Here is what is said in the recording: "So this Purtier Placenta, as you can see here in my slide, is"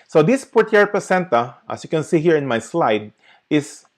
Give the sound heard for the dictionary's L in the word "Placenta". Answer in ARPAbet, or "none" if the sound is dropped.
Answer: none